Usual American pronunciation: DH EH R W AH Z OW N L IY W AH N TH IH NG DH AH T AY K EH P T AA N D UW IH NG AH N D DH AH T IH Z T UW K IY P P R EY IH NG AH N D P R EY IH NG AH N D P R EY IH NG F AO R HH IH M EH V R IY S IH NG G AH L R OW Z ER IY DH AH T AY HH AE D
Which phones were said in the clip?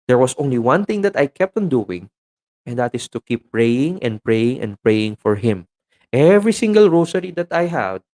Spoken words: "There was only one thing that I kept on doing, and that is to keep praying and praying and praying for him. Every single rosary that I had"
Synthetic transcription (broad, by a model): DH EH R W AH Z OW N L IY W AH N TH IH NG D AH T AY K EH P T AA N D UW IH NG AH N D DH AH T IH S T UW K IY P P R EY IH NG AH N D P R EY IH NG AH N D P R EY IH NG F AO R HH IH M EH V R IY S IH NG G AH L R OW S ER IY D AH T AY HH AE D